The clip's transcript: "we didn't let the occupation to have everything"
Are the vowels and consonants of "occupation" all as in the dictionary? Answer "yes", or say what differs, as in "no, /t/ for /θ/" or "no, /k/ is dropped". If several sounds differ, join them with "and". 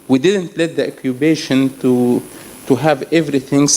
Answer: no, /b/ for /p/